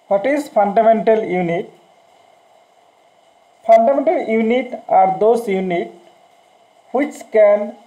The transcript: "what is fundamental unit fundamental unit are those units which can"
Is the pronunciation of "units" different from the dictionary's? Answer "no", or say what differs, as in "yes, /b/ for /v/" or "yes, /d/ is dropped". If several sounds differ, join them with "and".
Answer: yes, /s/ is dropped